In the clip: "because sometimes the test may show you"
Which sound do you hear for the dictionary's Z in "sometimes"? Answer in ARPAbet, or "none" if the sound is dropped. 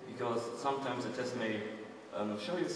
Z